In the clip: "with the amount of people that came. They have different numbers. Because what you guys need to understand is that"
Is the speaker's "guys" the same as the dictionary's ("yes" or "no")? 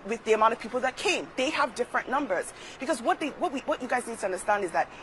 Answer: yes